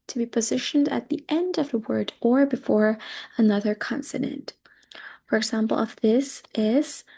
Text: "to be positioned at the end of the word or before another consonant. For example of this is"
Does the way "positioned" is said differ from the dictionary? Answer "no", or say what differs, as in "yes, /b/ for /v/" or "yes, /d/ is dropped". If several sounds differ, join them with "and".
no